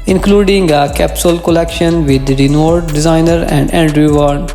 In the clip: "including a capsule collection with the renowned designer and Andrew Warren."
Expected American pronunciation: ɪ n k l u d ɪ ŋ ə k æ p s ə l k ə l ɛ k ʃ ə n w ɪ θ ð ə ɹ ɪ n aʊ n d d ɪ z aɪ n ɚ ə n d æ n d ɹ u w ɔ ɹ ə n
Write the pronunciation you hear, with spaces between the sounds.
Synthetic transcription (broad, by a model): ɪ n k l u d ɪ ŋ ə k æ p s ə l k ə l ɛ k ʃ ə n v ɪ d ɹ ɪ n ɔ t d d ɪ z aɪ n ɚ ə n d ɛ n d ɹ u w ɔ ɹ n